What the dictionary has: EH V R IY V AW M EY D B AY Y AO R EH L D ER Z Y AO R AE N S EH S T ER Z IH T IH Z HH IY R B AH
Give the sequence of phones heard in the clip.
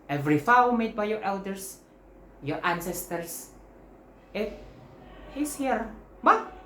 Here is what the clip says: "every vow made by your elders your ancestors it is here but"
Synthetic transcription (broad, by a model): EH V R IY F AW M EY D B AY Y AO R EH L D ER S Y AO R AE N S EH S T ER S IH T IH S HH IY R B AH